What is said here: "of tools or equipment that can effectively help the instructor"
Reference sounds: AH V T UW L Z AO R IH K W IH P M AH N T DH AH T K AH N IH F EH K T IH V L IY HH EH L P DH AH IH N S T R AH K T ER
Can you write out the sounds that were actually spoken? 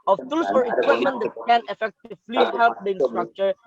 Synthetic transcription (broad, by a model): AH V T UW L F AO R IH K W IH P M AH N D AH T K AH N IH F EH K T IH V L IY HH EH L P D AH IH N S T R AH K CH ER